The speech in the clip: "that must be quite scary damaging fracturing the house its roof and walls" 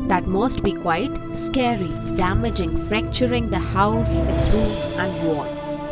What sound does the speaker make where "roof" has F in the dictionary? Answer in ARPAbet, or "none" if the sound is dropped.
none